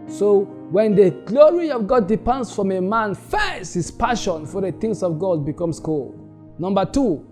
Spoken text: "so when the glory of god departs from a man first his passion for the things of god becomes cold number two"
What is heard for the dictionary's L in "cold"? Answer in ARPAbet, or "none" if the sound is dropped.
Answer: L